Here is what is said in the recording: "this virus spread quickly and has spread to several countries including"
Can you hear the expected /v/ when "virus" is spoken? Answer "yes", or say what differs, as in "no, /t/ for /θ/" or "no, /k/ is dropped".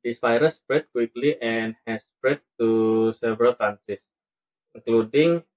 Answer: no, /p/ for /v/